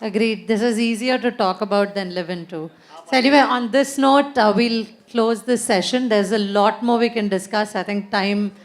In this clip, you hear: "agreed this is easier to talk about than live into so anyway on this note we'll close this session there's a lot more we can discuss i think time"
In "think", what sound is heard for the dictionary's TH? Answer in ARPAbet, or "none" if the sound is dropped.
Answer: T